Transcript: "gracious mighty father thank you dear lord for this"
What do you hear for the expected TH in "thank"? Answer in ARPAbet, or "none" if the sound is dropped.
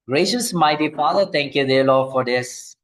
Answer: T